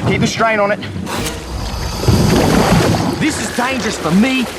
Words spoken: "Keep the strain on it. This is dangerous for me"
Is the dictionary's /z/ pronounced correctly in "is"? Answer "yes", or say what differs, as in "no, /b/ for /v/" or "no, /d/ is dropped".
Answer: yes